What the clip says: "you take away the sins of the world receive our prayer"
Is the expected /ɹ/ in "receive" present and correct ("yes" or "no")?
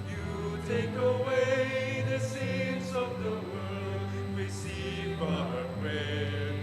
no